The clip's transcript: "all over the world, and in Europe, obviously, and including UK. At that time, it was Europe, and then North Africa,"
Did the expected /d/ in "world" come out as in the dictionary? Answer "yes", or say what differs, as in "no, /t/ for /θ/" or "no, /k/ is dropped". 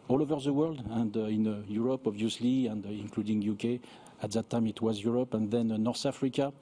yes